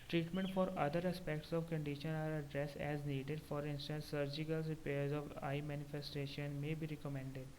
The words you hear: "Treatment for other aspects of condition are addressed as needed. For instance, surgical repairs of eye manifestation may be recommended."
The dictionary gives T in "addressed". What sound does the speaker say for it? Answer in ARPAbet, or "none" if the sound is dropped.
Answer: none